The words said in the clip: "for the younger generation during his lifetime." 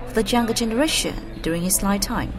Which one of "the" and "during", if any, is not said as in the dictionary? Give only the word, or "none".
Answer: none